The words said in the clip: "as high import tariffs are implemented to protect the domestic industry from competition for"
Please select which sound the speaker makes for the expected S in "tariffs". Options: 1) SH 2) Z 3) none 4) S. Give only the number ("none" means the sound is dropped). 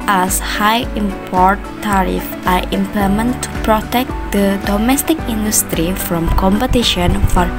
3